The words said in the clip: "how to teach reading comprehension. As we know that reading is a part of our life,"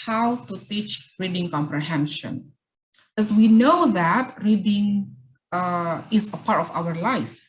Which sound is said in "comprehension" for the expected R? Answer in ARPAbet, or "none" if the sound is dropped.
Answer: R